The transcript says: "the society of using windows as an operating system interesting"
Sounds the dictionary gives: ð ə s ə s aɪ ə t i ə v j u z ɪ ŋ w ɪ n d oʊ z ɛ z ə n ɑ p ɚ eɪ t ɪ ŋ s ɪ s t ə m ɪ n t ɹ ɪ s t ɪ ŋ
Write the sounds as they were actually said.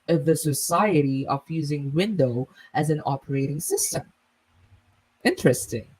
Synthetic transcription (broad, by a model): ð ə s ə s aɪ ə t i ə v j u z ɪ ŋ w ɪ n d oʊ ɪ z ə n ɑ p ɚ eɪ t ɪ ŋ s ɪ s t ə m ɪ n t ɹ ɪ s t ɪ ŋ